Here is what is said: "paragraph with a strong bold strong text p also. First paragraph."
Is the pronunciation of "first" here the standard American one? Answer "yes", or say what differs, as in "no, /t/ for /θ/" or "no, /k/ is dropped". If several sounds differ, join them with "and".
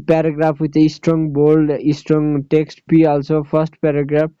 no, /p/ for /f/